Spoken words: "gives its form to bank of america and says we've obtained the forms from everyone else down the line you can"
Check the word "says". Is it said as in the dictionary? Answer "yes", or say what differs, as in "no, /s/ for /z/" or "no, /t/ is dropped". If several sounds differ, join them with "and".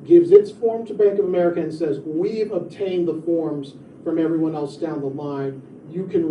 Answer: yes